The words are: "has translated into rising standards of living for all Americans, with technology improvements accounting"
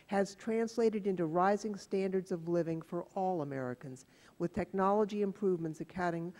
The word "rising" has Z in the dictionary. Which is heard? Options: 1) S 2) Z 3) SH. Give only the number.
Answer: 2